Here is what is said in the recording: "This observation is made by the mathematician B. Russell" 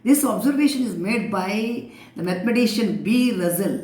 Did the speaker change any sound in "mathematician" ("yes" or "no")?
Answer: yes